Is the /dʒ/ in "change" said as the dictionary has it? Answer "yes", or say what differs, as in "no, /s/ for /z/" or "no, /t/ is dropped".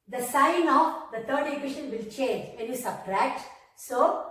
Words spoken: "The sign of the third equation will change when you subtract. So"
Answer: yes